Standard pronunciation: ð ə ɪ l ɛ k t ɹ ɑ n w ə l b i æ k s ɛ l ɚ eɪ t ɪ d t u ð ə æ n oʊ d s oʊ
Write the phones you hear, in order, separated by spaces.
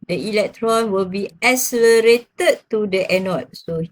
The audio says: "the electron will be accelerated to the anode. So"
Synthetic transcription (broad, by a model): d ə ɪ l ɛ k t ɹ ɑ n w ə l b i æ s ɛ l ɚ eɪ t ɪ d t u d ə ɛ n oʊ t s oʊ